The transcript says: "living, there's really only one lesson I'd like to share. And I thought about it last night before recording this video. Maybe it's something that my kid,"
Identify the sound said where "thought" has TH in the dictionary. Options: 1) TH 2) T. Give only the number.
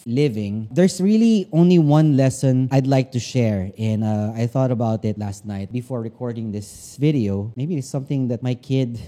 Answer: 1